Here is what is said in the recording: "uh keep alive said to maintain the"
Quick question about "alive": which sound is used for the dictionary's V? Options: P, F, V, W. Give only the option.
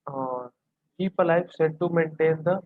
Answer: F